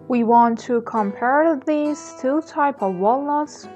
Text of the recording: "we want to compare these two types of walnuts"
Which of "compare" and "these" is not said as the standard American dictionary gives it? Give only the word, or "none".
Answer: these